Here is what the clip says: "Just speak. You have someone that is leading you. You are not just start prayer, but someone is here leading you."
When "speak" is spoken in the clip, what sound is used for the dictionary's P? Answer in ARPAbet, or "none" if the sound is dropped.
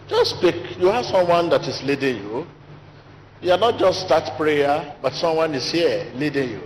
P